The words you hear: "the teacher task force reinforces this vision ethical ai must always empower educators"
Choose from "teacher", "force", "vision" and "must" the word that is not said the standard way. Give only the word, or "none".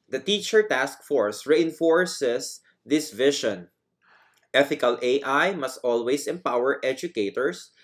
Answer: vision